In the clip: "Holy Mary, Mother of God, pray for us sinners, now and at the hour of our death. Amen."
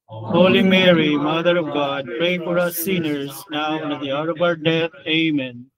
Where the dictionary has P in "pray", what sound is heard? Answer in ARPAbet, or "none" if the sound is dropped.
P